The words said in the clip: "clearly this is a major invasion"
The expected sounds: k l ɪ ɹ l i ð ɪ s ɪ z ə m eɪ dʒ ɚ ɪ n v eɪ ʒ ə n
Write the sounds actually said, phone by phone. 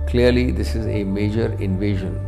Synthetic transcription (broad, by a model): k l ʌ ɹ l i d ɪ s ɪ z ə m eɪ dʒ ɚ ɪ n v eɪ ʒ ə n